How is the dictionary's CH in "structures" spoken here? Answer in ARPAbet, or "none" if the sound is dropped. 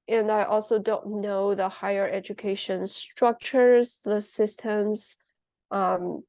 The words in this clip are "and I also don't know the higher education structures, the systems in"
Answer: CH